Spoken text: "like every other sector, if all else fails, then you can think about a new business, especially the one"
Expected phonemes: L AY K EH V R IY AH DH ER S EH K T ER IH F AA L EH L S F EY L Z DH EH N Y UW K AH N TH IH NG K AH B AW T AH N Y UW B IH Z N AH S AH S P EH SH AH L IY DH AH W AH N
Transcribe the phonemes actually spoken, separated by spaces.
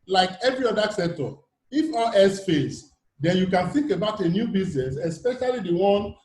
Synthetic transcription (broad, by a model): L AY K EH V R IY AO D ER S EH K T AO IH F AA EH S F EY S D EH N Y UW K AH N TH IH NG K AH B AW T AH N Y UW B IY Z N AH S AH S P EH SH AH L IY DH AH W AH N